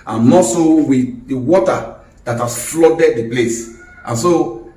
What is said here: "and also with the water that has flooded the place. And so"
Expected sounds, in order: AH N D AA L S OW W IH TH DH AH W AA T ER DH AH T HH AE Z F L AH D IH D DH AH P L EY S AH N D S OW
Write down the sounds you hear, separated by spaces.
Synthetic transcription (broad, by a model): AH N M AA S OW W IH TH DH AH W AA T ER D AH T HH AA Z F L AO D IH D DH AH P L EY S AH N S OW